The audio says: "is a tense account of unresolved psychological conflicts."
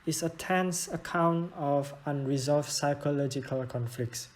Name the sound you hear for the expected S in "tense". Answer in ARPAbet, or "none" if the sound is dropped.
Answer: S